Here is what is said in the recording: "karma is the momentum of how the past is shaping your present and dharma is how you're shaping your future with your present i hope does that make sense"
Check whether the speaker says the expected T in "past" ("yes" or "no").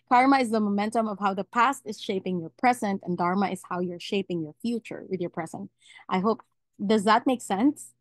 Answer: yes